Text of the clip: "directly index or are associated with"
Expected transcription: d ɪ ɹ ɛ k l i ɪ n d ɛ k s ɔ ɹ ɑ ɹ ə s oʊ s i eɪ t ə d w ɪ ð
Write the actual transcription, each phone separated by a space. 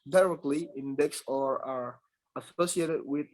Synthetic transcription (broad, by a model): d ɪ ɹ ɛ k l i ɪ n d ɛ k s ɔ ɹ ɑ ɹ ə s oʊ s i eɪ t ə d w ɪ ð